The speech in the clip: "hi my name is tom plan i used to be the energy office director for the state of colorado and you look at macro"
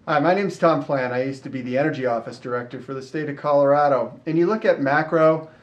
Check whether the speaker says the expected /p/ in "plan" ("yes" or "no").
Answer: no